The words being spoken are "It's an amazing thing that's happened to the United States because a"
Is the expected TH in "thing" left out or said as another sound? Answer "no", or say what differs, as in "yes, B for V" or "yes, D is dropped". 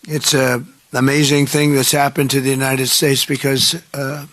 no